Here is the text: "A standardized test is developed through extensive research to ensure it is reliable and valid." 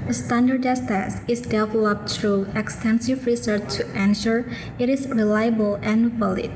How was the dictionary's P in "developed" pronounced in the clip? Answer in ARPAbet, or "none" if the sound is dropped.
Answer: P